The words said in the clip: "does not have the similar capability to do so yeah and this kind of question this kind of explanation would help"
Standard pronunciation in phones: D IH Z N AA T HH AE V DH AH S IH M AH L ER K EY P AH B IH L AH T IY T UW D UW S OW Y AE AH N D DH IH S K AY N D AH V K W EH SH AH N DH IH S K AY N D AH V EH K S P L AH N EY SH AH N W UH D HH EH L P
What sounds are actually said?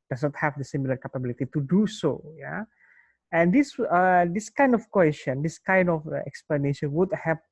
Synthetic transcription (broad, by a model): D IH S N AA T HH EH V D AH S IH M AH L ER K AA P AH B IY L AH T IY T UW D UW S OW Y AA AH N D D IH S K AY N D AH F K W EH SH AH N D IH S K AY N D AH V EH K S P L AH N EY SH AH N W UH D HH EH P